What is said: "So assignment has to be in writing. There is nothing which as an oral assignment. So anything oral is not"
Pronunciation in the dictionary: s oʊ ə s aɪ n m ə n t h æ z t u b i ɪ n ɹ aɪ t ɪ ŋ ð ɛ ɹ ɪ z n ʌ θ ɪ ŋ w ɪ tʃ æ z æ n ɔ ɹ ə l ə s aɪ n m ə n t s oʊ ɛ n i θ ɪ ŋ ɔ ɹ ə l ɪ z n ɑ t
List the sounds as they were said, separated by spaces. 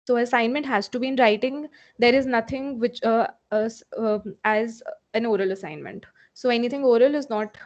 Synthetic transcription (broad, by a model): s oʊ ə s aɪ n m ə n t h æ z t u b i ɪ n ɹ aɪ t ɪ ŋ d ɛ ɹ ɪ z n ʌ t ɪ ŋ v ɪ tʃ æ z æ n ɔ ɹ ə l ə s aɪ n m ə n t s oʊ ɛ n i t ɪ ŋ ɔ ɹ ə l ɪ z n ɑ t